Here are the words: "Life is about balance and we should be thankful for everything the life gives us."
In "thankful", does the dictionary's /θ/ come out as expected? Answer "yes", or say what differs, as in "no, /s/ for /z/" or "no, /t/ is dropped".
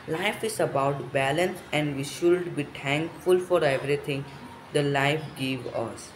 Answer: no, /t/ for /θ/